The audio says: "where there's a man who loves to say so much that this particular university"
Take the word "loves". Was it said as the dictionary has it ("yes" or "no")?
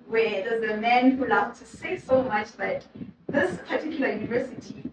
no